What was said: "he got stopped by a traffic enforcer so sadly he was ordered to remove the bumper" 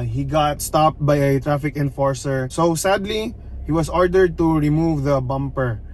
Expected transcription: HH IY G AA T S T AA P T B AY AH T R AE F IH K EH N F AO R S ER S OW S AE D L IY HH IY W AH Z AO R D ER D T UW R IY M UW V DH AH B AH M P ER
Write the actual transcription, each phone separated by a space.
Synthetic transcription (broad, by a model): HH IY G AA T S T AA P T B AY AH T R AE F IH K EH N F AO R S ER S OW S AE D L IY HH IY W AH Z AO R D ER D T UW R IY M UW V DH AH B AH M P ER